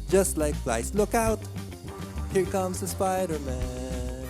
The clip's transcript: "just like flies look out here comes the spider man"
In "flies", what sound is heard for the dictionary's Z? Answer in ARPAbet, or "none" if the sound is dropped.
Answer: S